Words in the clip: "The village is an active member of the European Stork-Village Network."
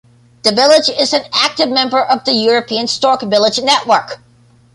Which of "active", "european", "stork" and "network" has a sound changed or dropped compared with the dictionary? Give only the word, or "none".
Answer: none